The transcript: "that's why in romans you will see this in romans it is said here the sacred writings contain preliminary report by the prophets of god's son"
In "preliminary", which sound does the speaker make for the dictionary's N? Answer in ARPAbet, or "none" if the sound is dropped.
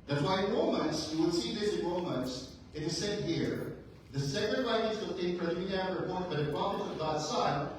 none